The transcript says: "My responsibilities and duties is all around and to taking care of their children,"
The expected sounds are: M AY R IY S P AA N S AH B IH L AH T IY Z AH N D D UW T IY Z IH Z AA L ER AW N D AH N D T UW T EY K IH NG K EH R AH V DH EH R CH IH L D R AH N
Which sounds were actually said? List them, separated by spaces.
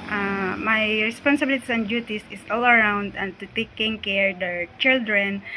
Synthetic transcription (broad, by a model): M AY R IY S P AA N S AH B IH L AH T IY S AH N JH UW T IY S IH S AA L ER AW N D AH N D T UW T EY K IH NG K EH R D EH R CH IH L D R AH N